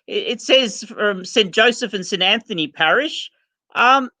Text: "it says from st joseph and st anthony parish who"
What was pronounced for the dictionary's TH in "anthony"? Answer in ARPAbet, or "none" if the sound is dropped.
TH